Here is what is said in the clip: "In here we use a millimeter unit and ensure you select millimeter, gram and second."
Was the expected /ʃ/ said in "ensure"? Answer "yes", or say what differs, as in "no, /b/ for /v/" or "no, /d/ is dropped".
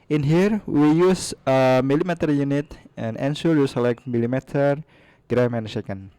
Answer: no, /s/ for /ʃ/